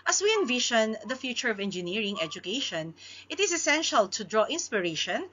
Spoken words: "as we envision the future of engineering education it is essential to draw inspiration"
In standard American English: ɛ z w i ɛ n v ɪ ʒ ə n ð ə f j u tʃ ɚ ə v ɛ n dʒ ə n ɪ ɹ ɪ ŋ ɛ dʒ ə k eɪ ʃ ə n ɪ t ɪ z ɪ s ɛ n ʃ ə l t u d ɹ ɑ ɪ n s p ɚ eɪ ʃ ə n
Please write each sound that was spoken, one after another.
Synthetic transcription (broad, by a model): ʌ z w i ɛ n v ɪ ʃ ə n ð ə f j u tʃ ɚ ə v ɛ n dʒ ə n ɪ ɹ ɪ ŋ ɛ dʒ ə k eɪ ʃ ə n ɪ t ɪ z ɪ s ɛ n ʃ ə l t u d ɹ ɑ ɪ n s p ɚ eɪ ʃ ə n